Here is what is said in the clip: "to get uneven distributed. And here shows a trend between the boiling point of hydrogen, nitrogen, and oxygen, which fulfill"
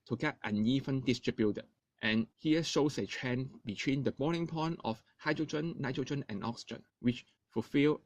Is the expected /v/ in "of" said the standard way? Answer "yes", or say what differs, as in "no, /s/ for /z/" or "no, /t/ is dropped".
no, /f/ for /v/